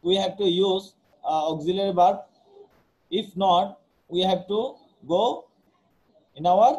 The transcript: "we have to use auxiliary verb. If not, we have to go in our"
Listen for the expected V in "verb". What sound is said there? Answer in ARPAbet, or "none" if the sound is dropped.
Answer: B